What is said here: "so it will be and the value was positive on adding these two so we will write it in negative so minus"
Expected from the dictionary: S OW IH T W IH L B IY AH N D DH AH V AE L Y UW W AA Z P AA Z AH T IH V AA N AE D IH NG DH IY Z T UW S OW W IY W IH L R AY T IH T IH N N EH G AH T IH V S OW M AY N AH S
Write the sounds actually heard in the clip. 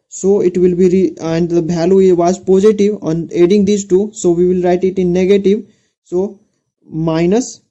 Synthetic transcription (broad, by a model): S OW IH T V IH L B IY AH N D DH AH B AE L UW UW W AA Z P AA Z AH T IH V AA N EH D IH NG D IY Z T UW S OW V IY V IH L R AY T IH T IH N N EH G AH T IH V S OW M AY N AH S